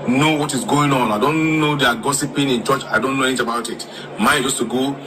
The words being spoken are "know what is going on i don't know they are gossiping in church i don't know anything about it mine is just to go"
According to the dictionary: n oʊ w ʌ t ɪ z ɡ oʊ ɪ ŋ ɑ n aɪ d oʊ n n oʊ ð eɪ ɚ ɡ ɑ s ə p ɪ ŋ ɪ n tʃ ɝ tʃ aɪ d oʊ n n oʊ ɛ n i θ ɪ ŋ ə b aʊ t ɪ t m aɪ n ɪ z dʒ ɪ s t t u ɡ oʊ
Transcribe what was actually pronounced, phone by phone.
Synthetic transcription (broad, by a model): n oʊ w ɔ t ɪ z ɡ oʊ ɪ ŋ ɑ n aɪ d oʊ n n oʊ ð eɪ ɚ ɡ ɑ s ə p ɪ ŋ ɪ n tʃ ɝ tʃ aɪ d oʊ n n oʊ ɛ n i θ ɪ ə b aʊ t ɪ t m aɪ ɪ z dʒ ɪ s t t u ɡ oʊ